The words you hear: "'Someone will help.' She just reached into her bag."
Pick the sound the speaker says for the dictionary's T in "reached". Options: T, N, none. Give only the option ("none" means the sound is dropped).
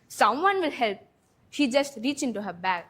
none